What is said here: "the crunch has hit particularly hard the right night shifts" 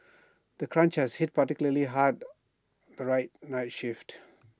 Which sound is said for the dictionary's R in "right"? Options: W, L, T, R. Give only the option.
R